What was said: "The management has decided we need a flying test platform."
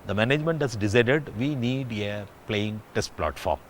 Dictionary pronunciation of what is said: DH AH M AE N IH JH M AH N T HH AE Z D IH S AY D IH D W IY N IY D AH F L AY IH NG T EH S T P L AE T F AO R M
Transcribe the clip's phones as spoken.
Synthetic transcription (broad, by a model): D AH M AE N IH JH M AH N T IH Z D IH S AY D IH D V IY N IY D AH P L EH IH NG T EH S T P L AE T F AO R M